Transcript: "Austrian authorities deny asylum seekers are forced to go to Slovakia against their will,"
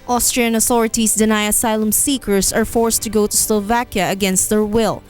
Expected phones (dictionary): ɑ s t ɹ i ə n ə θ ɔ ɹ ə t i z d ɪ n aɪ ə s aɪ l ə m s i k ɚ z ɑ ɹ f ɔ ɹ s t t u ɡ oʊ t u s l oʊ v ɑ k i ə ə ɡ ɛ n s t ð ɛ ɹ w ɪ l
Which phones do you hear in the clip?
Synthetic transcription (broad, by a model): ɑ s t ɹ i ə n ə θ ɔ ɹ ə t i s d ɪ n aɪ ə s aɪ l ə m s i k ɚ s ɑ ɹ f ɔ ɹ s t t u ɡ oʊ t u s l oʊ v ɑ k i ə ə ɡ ɛ n s t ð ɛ ɹ w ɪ l